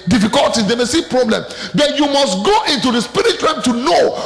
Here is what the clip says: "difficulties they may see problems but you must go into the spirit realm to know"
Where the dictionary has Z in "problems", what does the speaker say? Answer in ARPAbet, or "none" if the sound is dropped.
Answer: none